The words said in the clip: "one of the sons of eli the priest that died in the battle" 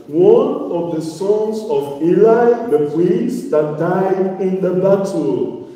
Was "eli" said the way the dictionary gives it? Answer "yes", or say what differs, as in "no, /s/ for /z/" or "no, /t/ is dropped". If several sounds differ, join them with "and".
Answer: yes